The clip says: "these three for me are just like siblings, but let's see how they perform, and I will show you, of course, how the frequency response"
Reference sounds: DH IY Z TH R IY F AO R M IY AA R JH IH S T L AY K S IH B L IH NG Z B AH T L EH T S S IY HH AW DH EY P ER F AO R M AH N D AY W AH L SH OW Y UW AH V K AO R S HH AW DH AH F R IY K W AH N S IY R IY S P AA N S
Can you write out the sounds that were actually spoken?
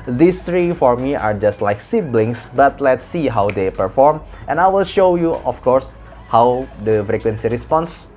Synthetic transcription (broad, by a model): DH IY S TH R IY F AO R M IY AA R JH IH S T L AY K S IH B L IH NG S B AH T L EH T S S IY HH AW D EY P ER F AO R M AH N AY W AH L SH OW Y UW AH F K AO R S HH AW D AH F R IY K W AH N S IY R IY S P AA N S